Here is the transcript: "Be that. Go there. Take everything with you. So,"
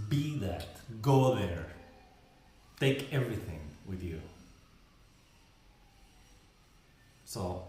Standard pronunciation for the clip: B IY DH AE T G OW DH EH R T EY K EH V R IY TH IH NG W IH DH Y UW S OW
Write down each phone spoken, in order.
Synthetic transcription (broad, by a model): B IY DH AE T G OW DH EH R T EY K EH V R IY TH IH NG W IH DH Y UW S OW